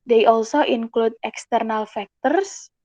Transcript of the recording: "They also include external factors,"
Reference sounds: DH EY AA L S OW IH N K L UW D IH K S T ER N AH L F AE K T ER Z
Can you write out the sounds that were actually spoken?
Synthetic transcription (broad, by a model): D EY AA L S OW IH N K L UW D IH K S T ER N AH L F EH K T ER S